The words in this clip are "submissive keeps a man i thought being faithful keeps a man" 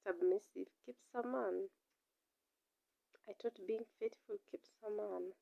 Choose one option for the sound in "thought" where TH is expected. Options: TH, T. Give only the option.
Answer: T